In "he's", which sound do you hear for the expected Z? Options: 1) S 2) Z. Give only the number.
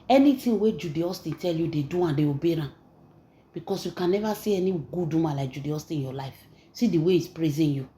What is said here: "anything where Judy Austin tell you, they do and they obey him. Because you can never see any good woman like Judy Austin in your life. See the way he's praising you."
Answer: 1